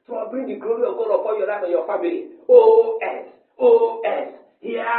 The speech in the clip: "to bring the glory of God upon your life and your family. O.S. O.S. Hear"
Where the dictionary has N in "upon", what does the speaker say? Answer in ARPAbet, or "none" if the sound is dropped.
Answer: L